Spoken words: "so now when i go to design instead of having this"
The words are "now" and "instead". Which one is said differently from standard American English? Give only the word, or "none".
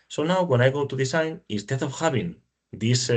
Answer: instead